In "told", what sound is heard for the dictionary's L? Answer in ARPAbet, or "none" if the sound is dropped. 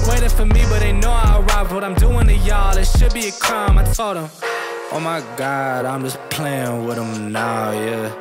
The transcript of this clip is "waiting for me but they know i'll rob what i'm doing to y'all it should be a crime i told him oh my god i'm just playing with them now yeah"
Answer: none